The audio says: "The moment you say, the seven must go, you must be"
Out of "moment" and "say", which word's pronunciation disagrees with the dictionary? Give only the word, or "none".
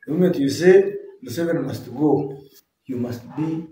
moment